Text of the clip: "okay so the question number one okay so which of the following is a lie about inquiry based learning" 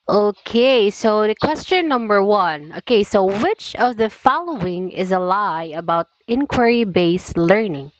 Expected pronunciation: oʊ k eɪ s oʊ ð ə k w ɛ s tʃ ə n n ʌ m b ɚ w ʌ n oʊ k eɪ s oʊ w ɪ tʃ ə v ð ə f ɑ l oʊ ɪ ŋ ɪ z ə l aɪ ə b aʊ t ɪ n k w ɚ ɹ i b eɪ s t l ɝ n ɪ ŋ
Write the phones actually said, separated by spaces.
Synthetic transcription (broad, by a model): oʊ k eɪ s oʊ ð ə k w ɛ s tʃ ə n n ʌ m b ɚ w ʌ n oʊ k eɪ s oʊ w ɪ tʃ ə v ð ə f ɑ l oʊ ɪ ŋ ɪ z ə l aɪ ə b aʊ t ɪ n k w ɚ ɹ i b eɪ s l ɝ n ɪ ŋ